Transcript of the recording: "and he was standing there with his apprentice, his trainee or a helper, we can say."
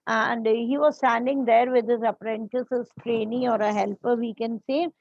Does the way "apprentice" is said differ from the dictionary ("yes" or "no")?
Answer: no